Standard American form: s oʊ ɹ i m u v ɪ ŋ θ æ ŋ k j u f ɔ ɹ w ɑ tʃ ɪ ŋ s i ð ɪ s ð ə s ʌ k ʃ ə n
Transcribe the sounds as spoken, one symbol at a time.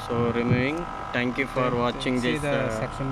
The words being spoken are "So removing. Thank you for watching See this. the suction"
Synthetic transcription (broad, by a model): s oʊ ɹ i m u v ɪ ŋ t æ ŋ k j u f ɔ ɹ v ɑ tʃ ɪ ŋ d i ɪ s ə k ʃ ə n